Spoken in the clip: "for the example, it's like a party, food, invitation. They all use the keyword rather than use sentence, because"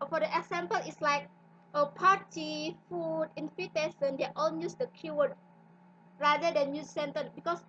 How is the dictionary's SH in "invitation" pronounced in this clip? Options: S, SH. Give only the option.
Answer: S